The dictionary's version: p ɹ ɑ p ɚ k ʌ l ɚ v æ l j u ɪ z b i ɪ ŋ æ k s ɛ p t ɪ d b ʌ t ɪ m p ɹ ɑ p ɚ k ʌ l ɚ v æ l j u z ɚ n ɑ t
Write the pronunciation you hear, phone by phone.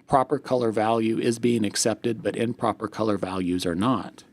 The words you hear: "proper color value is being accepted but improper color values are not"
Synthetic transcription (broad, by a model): p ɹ ɑ p ɚ k ʌ l ɚ v æ l j u ɪ z b i ɪ ŋ æ k s ɛ p t ɪ d b ʌ t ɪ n p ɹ ɑ p ɚ k ʌ l ɚ v æ l j u z ɚ n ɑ t